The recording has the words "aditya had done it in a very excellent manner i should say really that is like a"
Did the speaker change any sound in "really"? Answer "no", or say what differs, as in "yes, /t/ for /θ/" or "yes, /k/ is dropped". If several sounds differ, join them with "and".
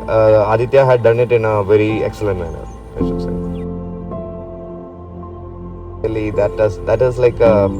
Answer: yes, /l/ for /ɹ/